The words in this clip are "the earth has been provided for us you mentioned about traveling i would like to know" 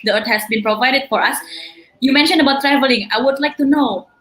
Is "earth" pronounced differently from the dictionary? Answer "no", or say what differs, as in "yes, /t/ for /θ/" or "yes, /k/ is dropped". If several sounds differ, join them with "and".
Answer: yes, /t/ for /θ/